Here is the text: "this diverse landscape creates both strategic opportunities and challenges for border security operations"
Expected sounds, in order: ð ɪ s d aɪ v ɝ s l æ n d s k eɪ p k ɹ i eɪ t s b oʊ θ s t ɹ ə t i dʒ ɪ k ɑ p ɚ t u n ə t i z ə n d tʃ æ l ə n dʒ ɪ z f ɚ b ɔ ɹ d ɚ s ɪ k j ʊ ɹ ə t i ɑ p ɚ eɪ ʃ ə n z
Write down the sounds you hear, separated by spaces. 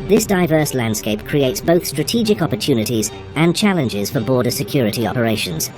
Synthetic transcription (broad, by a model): ð ɪ s d aɪ v ɝ s l æ n d s k eɪ p k ɹ i eɪ t s b oʊ θ s t ɹ ə t i dʒ ɪ k ɑ p ɚ t u n ə t i z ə n tʃ æ l ə n dʒ ɪ z f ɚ b ɔ ɹ d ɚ s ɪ k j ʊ ɹ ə t i ɑ p ɚ eɪ ʃ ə n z